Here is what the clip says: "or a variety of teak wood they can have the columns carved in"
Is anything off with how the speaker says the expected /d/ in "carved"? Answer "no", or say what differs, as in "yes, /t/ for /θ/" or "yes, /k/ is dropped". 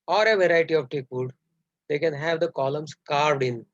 no